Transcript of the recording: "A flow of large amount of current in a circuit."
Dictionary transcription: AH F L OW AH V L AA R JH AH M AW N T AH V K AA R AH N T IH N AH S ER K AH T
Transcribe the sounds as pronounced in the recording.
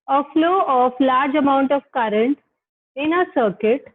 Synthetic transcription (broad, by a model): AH F L OW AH F L AA R JH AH M AW N T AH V K AA R AH N T IH N AH S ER K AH T